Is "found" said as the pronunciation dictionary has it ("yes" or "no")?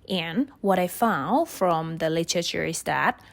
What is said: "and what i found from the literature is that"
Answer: yes